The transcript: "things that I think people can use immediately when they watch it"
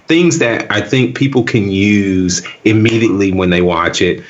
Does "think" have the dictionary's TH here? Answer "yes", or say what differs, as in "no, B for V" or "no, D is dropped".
yes